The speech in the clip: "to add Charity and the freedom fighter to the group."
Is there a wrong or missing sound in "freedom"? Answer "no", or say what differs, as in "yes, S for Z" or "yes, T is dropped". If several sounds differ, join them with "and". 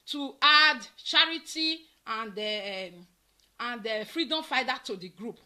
no